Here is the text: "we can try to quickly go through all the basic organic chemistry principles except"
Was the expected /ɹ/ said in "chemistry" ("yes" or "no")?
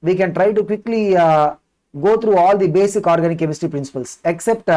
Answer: no